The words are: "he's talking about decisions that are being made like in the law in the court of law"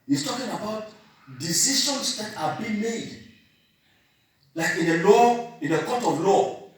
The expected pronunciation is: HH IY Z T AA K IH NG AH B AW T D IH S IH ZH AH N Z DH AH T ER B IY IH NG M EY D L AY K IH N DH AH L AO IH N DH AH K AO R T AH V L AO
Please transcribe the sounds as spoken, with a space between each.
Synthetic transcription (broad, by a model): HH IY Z T AA K IH NG AH B AW T D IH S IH SH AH N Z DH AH T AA B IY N M EY D L AY K IH N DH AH L AO IH N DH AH K AO T AH V L AO